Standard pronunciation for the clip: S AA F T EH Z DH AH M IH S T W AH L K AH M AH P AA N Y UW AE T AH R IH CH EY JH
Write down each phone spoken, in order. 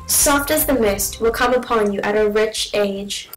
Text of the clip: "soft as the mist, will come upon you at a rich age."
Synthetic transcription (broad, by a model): S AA F T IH Z DH AH M IH S T W AH L K AH M AH P AA N Y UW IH T AH R IH CH EY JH